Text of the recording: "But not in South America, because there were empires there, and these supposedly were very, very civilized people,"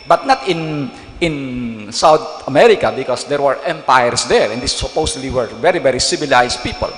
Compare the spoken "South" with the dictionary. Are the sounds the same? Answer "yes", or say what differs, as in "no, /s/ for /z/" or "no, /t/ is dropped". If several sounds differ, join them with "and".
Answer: no, /t/ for /θ/